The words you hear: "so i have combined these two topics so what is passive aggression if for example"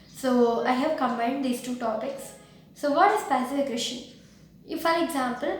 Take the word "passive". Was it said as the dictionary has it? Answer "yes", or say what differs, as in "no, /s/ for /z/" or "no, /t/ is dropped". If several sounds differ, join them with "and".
no, /f/ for /v/